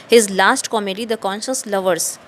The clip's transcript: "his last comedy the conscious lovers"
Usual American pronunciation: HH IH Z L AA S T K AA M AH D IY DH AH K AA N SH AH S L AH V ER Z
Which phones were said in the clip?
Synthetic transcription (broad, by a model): HH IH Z L AA S T K AA M AH D IY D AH K AA N SH AH S L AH V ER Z